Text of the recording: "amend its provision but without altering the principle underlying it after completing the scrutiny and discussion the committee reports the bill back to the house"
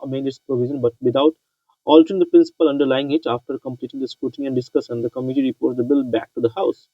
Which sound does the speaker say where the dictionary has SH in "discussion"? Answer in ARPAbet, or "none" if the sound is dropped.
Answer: S